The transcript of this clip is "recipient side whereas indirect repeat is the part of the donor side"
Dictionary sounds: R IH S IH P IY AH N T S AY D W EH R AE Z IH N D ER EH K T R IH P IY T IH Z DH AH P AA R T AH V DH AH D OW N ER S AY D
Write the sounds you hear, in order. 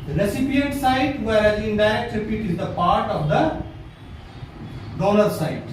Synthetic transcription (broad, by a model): R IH S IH P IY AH N T S AY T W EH R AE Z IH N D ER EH T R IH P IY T IH Z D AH P AA R T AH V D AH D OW L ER S AY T